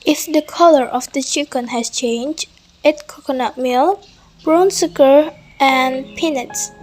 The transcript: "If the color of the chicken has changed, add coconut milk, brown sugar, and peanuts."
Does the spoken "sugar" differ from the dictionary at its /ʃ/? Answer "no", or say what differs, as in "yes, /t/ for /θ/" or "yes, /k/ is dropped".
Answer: yes, /s/ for /ʃ/